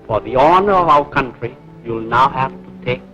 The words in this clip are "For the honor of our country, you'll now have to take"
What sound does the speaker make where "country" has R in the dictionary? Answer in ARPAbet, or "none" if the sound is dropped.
R